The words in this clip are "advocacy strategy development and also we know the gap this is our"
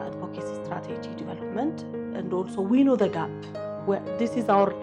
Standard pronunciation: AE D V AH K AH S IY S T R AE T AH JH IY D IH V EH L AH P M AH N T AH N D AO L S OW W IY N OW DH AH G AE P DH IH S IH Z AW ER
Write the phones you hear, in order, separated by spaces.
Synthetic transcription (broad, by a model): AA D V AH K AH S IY S T R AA T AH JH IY D IH V EH L AH P M AH N T AH N D AO L S OW W IY N OW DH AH G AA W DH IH S IH Z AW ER